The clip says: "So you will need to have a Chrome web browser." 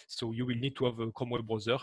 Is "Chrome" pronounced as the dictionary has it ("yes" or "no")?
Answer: no